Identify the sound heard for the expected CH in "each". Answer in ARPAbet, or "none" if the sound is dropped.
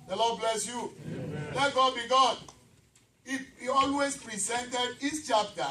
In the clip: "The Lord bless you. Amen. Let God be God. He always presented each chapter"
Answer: S